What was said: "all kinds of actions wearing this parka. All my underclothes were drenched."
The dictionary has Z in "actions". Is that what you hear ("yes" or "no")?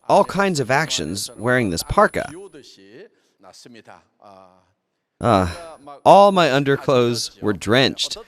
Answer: yes